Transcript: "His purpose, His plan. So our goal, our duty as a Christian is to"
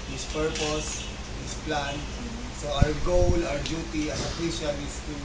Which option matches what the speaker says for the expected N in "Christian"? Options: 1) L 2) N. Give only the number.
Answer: 1